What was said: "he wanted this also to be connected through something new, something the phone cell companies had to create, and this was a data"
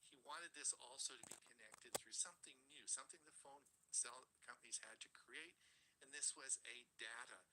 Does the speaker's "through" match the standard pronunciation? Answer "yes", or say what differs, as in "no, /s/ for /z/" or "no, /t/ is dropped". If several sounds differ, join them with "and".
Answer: yes